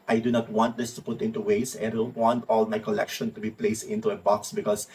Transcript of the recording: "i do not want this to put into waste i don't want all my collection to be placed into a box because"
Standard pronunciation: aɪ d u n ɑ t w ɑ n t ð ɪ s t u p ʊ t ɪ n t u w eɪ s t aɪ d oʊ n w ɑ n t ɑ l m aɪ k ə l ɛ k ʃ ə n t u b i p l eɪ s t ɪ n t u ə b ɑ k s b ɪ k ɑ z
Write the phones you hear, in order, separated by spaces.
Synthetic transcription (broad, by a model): aɪ d u n ɑ t w ɑ n t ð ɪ s t u p ʊ t ɪ n t u w eɪ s aɪ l w ɑ n t ɑ l m aɪ k ə l ɛ k ʃ ə n t u b i p l eɪ s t ɪ n t u ə b ɑ k s b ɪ k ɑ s